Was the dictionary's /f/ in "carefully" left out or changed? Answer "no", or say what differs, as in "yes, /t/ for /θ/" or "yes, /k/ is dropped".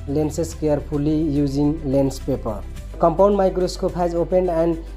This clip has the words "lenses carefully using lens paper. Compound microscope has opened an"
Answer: yes, /p/ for /f/